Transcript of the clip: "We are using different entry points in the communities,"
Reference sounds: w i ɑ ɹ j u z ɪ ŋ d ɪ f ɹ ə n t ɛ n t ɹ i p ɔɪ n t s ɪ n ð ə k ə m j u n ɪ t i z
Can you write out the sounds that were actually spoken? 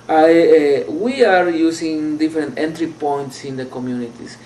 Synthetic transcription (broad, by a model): w i ɑ ɹ j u s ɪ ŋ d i f ɹ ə n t ɛ n t ɹ i p ɔɪ n t s ɪ n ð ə k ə m j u n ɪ t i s